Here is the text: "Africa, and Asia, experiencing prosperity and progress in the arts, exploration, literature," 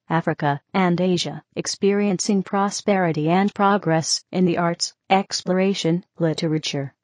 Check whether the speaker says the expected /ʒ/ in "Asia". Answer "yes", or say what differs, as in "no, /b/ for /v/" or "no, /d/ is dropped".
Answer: yes